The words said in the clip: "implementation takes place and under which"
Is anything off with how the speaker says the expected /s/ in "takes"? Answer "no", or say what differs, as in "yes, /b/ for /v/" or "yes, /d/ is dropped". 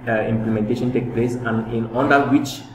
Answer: yes, /s/ is dropped